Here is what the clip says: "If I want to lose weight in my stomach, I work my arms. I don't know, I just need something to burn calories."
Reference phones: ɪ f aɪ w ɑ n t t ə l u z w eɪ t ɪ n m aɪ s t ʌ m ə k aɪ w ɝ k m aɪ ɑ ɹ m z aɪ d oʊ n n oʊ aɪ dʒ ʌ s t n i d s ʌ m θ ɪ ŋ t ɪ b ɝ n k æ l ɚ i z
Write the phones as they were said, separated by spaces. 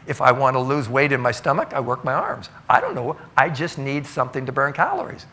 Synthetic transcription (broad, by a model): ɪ f aɪ w ɑ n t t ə l u z w eɪ t ɪ n m aɪ s t ʌ m ə k aɪ w ɝ k m aɪ ɑ ɹ m z aɪ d oʊ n n oʊ aɪ dʒ ʌ s t n i d s ʌ m θ ɪ ŋ t ɪ b ɝ n k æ l ɚ i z